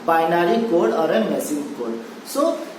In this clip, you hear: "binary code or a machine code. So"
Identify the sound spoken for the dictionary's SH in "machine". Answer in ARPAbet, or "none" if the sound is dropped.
S